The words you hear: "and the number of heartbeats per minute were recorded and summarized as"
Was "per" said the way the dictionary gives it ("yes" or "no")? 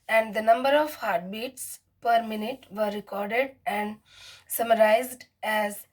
yes